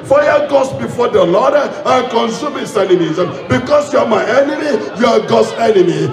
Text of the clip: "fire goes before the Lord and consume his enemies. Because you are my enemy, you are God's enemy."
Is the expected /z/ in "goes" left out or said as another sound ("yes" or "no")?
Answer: yes